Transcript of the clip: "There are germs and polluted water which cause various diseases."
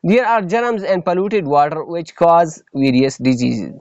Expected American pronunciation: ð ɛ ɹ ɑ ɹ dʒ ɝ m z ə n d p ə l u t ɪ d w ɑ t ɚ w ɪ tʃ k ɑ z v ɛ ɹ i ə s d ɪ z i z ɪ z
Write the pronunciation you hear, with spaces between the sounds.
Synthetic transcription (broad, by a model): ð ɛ ɹ ɑ ɹ dʒ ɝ m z ə n d p ə l u t ɪ d w ɑ t ɚ w ɪ tʃ k ɑ z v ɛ ɹ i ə s d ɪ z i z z